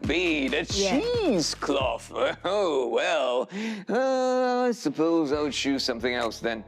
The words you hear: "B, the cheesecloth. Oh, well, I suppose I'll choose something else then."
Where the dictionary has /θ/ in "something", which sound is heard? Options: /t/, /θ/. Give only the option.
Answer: /θ/